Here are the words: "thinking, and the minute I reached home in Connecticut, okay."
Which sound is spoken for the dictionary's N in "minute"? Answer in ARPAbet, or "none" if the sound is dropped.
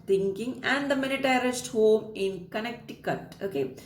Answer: L